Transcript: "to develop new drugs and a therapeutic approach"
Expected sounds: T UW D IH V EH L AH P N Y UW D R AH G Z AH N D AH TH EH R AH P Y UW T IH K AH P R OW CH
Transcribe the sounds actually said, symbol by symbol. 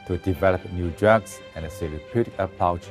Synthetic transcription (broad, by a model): T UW D IH V EH L AH P N Y UW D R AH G S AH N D AH S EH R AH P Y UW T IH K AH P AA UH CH